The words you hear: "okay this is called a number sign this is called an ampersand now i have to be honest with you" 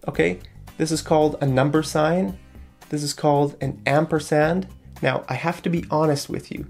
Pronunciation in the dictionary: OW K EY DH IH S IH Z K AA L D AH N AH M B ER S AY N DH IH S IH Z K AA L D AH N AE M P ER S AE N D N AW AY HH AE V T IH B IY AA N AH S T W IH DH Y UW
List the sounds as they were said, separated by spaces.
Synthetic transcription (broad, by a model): OW K EY DH IH S IH Z K AA L D AH N AH M B ER S AY N DH IH S IH Z K AA L D AH N AE M P ER S AE N D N AW AY HH AE F T IH B IY AA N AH S T W IH DH Y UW